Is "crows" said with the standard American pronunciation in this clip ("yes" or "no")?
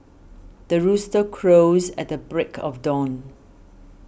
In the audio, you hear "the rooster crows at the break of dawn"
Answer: yes